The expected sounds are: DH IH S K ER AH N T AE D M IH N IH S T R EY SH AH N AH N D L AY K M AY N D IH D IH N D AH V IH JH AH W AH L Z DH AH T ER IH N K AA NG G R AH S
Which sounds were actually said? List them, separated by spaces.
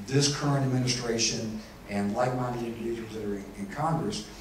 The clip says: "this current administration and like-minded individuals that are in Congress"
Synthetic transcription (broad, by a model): DH IH S K ER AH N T AE D M IH N IH S T R EY SH AH N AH N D L AY K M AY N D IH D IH N D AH V IH JH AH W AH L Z DH AH T ER IH N K AA NG G R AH S